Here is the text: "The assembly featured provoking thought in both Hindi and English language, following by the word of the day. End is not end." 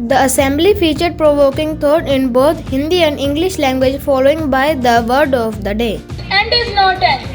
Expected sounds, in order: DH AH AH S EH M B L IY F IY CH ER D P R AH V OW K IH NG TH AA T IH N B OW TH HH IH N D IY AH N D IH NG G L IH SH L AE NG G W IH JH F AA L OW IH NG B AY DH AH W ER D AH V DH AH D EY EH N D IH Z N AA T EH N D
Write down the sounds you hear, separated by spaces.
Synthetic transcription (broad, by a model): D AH AH S EH M B L IY F IY CH ER D P R AH V OW K IH NG T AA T IH N B OW T HH IH N D IY AH N D IH NG G L IH SH L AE NG G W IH JH F AA L OW IH NG B AY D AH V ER D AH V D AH D EY EH N D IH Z N AA T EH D